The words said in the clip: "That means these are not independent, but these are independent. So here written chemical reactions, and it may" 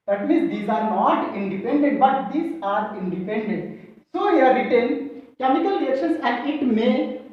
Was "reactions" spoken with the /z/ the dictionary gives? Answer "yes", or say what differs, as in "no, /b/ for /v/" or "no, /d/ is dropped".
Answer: no, /s/ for /z/